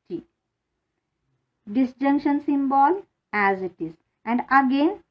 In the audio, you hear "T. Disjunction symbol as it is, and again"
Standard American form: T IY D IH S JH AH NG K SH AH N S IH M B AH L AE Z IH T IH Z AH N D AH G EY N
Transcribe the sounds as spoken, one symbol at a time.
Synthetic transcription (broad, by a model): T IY D IH S JH AH NG K SH AH N S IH M B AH L AE Z IH T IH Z AH N D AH G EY N